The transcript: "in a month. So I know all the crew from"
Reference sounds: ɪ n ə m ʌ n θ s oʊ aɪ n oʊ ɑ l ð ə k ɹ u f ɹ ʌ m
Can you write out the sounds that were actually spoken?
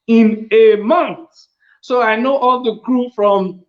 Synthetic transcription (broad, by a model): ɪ n ə m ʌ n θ s oʊ aɪ n oʊ ɑ l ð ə k ɹ u f ɹ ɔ m